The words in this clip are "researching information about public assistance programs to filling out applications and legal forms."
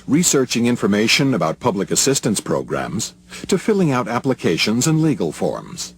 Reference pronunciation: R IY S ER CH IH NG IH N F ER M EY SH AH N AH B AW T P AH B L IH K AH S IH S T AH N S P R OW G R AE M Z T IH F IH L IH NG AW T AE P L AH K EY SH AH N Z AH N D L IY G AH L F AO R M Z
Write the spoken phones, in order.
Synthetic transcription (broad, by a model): R IY S ER CH IH NG IH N F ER M EY SH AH N AH B AW T P AH B L IH K AH S IH S T AH N S P R OW G R AE M Z T IH F IH L IH NG AW T AE P L AH K EY SH AH N Z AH N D L IY G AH L F AO R M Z